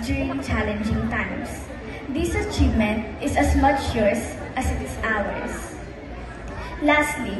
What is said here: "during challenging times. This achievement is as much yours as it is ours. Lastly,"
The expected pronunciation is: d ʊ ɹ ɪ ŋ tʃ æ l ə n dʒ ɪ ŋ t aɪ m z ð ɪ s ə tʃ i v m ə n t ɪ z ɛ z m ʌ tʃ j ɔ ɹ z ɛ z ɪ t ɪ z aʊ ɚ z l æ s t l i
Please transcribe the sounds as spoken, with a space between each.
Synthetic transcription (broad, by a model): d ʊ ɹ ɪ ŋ tʃ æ l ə n dʒ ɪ ŋ t aɪ m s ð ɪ s ə tʃ i v m ə n t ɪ s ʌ s m ʌ tʃ j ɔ ɹ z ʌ s ɪ t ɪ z aʊ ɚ s l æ s t l i